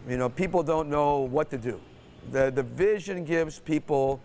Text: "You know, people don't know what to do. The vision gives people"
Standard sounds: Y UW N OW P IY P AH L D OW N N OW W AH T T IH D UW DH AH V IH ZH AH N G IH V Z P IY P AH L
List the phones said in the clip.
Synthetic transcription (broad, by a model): Y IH N OW P IY P L D OW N N OW W AH T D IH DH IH DH AH V IH ZH AH N G IH V Z P IY P L